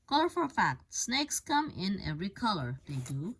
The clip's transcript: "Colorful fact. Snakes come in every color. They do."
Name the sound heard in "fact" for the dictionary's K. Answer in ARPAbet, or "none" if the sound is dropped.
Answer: K